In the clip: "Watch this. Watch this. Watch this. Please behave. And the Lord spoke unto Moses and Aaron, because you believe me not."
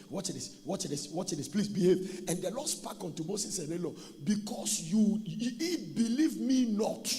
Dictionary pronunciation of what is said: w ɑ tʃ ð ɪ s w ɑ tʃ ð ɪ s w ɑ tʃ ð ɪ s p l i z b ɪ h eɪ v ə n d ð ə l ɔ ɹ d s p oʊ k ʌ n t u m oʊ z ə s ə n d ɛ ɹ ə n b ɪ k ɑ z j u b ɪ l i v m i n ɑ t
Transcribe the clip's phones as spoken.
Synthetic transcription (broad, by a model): w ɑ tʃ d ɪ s w ɑ tʃ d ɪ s w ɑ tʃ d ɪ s p l i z b ɪ h eɪ v ə n d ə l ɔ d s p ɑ k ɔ n t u m oʊ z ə s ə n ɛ l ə b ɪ k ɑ s j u b ɪ l i v m i n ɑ t